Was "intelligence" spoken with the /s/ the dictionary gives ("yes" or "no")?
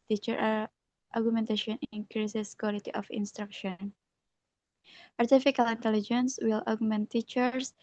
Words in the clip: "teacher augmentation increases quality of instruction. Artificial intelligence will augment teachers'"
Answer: yes